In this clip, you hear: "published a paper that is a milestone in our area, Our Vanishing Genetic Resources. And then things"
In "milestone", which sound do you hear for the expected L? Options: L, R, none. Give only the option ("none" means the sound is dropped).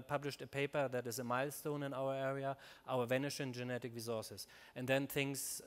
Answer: L